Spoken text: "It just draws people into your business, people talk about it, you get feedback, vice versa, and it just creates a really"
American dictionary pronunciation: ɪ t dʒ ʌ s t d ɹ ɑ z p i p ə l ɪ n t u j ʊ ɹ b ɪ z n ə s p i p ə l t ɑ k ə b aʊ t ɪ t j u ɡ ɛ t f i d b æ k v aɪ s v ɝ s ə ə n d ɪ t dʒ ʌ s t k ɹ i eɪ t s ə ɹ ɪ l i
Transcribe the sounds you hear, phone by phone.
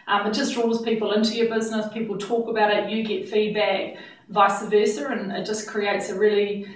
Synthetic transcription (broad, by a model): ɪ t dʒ ʌ s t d ɹ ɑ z p i p ə l ɪ n t u j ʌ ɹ b ɪ z n ə s p i p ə l t ɑ k ə b aʊ t ɪ t j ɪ ɡ ɛ t f i d b æ k v aɪ s v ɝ s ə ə n ɪ t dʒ ʌ s k ɹ i eɪ t s ə ɹ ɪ l i